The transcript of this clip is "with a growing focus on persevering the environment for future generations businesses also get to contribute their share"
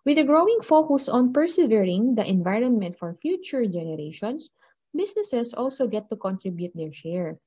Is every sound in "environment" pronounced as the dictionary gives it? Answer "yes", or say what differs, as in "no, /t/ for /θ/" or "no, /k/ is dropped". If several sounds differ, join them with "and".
yes